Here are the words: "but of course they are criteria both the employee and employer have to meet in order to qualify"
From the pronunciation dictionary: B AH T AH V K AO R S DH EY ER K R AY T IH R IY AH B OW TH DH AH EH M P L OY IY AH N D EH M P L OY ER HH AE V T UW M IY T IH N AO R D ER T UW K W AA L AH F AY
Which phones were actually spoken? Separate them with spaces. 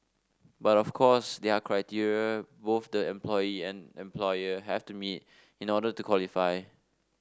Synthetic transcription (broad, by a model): B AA T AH F K AO S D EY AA K R AY T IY R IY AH B OW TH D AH EH M P L OY IY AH N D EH M P L OY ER HH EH F T UW M IY T IH N AO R D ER T UW K W AA L AH F AY